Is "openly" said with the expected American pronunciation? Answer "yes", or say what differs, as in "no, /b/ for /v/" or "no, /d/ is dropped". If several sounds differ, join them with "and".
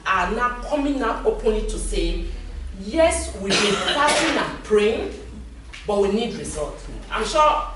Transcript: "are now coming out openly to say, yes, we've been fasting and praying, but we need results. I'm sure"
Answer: no, /l/ is dropped